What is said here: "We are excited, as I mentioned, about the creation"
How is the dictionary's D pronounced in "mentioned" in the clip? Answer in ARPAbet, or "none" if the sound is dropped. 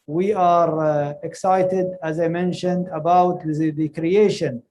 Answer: D